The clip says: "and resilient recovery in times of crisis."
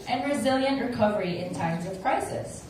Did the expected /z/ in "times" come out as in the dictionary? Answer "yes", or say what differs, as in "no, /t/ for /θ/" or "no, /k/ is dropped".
yes